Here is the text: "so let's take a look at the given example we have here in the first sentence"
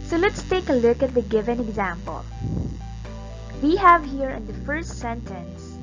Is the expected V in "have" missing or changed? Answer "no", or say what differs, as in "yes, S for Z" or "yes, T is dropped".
no